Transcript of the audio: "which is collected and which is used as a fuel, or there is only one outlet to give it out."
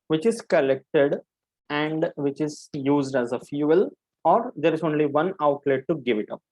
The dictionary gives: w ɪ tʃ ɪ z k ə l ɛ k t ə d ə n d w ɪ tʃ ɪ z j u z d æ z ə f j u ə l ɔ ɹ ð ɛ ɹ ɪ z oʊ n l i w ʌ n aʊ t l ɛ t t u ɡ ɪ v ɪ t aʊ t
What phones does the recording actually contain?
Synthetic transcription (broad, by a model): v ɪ tʃ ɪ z k ə l ɛ k t ə d ə n d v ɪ tʃ ɪ z j u z d æ z ə f j u ə l ɔ ɹ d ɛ ɹ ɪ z oʊ n l i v ʌ n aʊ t l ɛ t t u ɡ ɪ v ɪ t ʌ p